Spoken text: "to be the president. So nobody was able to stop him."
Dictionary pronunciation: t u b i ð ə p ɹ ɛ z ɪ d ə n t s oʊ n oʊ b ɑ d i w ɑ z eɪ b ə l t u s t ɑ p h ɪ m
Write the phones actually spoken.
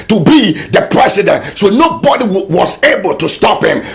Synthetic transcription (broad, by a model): t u b i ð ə p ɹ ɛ s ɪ d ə n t s oʊ n oʊ b ɑ d i w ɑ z eɪ b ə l t u s t ɑ p h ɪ m